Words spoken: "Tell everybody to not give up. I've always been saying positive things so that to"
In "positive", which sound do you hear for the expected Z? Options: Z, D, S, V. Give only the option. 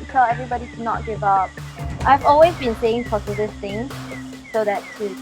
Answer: S